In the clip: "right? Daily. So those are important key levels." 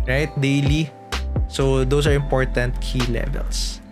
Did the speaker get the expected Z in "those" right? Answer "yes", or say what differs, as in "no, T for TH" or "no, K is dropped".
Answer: no, S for Z